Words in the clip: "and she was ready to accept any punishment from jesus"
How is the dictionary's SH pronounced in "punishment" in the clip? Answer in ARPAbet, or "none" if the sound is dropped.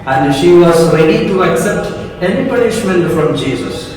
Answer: SH